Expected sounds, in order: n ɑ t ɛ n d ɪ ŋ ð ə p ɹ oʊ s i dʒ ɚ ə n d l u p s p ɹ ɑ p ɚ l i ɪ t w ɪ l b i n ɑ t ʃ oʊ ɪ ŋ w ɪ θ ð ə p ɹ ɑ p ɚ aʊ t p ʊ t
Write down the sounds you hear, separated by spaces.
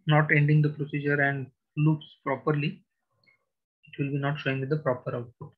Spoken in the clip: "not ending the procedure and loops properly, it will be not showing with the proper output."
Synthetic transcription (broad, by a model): n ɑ t ɛ n d ɪ ŋ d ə p ɹ oʊ s i dʒ ɚ ə n d l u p s p ɹ ɑ p ɚ l i ɪ t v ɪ l b i n ɑ t ʃ oʊ ɪ ŋ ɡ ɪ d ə p ɹ ɑ p ɚ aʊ t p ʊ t